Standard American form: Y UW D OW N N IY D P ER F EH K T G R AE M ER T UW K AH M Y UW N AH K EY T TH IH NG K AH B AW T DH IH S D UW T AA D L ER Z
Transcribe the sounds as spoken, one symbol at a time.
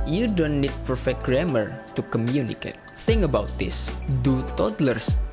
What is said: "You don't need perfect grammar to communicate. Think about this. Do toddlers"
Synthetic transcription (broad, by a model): Y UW D OW N N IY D P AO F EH T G R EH M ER T UW K AH M Y UW N AH K EY T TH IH NG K AH B AW T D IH S D UW T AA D L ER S